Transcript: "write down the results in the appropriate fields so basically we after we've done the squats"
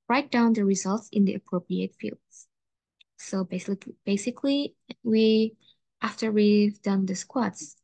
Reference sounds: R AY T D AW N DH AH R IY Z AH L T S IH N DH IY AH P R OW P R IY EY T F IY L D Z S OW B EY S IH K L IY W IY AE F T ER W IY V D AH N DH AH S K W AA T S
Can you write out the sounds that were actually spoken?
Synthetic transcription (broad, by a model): R AY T D AW N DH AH R IY Z AH L T S IH N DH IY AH P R OW P R IY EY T F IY L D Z S OW B EY S IH K L IY W IY AE F T ER W IY V D AH N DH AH S K W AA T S